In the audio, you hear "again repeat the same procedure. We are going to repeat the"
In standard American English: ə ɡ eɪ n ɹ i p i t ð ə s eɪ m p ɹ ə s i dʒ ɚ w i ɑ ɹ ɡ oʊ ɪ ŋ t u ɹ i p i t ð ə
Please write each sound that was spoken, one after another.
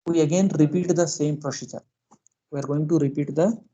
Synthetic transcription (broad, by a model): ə ɡ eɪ n ɹ i p i t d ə s eɪ m p ɹ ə ʃ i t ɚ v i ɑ ɹ ɡ oʊ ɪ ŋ t u ɹ i p i t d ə